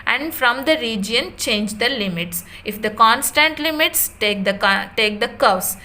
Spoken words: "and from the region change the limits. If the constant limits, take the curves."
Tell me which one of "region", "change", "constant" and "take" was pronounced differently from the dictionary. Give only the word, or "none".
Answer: none